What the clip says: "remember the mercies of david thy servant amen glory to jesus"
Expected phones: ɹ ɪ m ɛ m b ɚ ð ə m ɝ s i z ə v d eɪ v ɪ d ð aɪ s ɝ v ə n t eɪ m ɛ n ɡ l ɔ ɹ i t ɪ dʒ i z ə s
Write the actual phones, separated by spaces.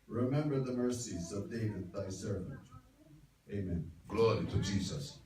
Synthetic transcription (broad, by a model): ɹ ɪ m ɛ m b ɚ ð ə m ɝ s i z ə v d eɪ v ɪ d ð aɪ s ɝ v ə n t eɪ m ɛ n ɡ l ɔ ɹ i t ɪ dʒ i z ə s